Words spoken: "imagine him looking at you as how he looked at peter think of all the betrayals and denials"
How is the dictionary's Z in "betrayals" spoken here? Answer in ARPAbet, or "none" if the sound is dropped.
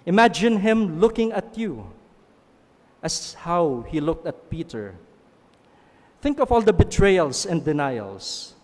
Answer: S